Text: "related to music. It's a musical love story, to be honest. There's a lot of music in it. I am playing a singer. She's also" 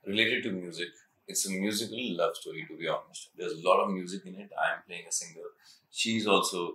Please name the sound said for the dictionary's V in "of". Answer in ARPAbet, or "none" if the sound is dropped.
V